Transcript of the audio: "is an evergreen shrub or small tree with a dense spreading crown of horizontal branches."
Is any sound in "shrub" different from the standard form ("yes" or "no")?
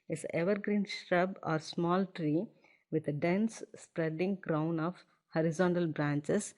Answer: no